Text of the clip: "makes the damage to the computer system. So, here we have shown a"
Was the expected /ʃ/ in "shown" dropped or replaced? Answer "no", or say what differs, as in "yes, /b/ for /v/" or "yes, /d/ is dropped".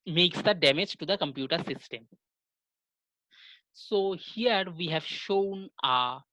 no